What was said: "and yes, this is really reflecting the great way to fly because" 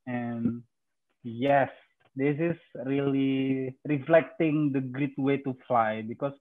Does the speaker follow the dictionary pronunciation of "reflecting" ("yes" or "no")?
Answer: yes